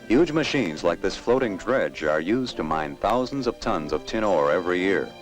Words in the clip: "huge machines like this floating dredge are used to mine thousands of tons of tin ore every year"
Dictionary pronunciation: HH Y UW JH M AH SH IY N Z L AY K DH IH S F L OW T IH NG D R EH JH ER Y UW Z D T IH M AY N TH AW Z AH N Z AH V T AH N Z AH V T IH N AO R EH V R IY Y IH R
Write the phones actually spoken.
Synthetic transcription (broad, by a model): HH Y UW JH M AH SH IY N Z L AY K DH IH S F L OW T IH NG D R EH JH ER Y UW Z T IH M AY N TH AW Z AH N Z AH V T AH N Z AH V T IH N AO R EH V R IY Y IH R